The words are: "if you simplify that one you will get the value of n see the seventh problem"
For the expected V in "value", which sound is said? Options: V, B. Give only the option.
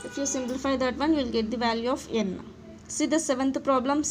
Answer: V